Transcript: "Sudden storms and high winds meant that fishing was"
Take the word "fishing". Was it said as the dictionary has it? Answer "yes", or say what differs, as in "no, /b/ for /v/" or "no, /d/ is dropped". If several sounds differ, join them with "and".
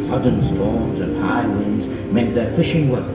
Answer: yes